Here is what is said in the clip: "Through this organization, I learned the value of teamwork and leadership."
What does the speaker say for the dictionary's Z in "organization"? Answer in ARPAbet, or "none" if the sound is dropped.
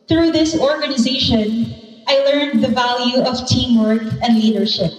Z